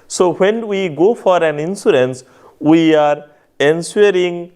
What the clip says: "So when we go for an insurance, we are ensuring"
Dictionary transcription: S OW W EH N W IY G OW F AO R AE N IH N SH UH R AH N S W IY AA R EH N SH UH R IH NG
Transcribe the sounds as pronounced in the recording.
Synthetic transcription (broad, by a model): S OW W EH N W IY G OW F AO R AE N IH N S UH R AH N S W IY AA R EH N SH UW R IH NG